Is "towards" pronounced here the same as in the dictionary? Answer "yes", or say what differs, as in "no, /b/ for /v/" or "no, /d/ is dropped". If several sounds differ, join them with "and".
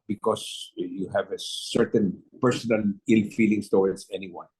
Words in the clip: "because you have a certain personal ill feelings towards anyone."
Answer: no, /w/ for /ɹ/ and /s/ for /z/